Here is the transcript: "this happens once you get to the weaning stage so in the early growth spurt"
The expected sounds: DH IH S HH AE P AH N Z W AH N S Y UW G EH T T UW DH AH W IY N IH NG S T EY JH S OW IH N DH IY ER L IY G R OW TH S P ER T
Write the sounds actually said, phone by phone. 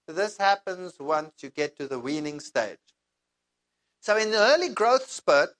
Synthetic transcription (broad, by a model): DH IH S HH AE P AH N Z W AH N S Y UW G EH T T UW DH AH W IY N IH NG S T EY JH S OW IH N DH IY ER L IY G R OW TH S P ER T